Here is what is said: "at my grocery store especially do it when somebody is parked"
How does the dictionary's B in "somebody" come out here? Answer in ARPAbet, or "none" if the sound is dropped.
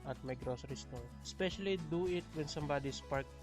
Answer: B